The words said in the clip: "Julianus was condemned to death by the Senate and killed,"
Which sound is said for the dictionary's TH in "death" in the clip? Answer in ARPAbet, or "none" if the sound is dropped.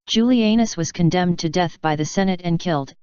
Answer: TH